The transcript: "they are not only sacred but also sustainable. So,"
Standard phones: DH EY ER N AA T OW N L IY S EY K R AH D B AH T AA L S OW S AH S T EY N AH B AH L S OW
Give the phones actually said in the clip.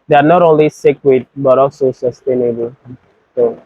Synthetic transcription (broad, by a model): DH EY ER N AA T OW N L IY S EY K W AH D B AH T AA L S OW S AH S T EY N AH B AH L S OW